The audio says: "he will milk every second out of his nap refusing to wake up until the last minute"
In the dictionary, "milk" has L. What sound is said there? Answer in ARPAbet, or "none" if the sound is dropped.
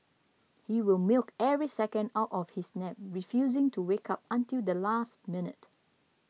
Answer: L